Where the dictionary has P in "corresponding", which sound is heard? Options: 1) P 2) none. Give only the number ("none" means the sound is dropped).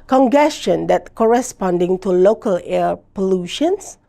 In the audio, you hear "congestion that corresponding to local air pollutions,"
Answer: 1